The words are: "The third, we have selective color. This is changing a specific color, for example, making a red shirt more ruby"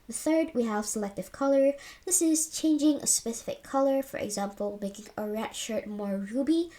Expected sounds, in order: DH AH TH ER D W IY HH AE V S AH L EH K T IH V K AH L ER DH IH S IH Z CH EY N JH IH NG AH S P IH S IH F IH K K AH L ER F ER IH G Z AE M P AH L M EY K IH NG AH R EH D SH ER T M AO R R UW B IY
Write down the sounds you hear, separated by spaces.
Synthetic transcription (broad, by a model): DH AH TH ER D W IY HH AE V S AH L EH K T IH V K AH L ER DH IH S IH Z CH EY N JH IH NG AH S P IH S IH F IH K K AH L ER F ER IH G Z AE M P AH L M EY K IH NG AH R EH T SH ER T M AO R R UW B IY